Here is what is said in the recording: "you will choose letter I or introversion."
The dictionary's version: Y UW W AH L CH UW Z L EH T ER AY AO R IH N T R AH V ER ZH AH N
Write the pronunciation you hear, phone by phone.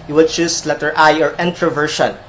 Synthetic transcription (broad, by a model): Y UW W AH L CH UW S L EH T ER AY AO R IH N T R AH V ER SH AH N